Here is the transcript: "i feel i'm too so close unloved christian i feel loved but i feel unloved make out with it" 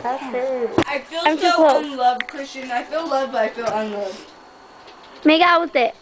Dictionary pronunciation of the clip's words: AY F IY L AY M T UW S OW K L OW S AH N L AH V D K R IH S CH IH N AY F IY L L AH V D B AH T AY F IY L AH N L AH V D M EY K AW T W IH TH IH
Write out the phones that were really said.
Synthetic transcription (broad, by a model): AY F IY L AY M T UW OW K OW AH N L AH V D K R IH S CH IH N AY F IY L L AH V B AH T AY F IY L AH N L AH V D M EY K AW T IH